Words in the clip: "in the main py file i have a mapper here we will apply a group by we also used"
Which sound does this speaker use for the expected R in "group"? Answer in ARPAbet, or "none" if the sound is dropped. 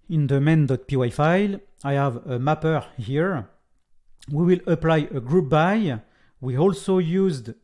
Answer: R